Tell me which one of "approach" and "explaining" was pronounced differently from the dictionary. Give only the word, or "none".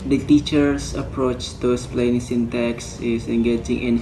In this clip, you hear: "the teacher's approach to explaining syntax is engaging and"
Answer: explaining